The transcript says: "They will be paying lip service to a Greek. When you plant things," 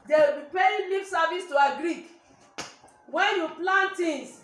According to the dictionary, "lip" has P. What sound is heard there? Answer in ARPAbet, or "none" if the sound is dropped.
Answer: F